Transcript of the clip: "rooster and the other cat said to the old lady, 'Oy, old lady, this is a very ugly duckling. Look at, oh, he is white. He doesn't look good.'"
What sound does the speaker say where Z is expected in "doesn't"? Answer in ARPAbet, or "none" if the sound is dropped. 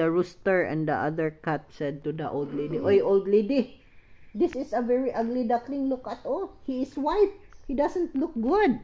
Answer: S